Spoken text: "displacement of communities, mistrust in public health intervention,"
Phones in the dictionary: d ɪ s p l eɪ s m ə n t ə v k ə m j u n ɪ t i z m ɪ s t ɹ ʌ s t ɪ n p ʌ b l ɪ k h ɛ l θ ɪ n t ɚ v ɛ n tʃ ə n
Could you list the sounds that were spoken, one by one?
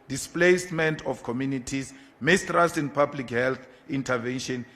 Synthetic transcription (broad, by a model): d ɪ s p l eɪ s m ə n t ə f k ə m j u n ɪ t i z m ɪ s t ɹ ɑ s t ɪ n p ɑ b l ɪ k h ɛ l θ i n t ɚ v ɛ n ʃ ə n